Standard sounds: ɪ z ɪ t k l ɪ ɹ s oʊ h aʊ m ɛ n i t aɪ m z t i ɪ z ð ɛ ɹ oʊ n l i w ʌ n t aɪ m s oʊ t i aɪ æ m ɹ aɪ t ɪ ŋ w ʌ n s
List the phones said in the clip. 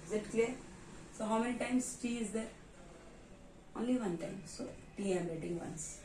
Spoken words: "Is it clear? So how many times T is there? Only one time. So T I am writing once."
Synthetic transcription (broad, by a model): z ɪ t k l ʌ ɹ s oʊ h aʊ m ɛ n i t aɪ m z t i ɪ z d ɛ ɹ oʊ n l i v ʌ n t aɪ m s oʊ t i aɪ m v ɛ t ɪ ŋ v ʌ n s